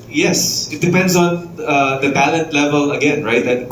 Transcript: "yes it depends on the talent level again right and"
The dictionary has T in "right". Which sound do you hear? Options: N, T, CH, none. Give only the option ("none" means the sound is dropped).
T